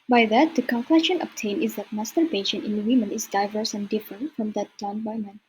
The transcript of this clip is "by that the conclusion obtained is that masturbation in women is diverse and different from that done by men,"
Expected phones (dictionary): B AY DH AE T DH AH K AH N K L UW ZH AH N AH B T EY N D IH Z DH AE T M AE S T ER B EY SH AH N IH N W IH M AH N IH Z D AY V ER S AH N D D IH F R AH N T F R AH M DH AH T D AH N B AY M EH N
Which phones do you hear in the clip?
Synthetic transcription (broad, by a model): B AY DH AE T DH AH K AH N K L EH SH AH N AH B T EY N IH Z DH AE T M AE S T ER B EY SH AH N IH N W IH M AH N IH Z D AY V ER S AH N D D IH F R AH N T F R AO M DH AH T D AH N B AY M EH N